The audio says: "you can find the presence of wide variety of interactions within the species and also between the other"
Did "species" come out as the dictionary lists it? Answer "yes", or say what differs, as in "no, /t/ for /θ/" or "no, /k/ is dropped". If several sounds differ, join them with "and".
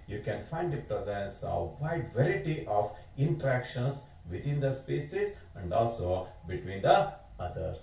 no, /s/ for /ʃ/